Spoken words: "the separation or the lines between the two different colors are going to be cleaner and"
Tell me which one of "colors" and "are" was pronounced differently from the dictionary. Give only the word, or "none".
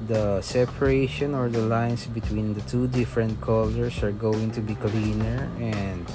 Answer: colors